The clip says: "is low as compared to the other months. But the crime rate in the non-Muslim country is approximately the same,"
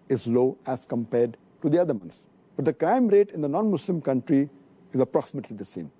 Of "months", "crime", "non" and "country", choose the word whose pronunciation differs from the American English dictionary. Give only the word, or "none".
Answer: months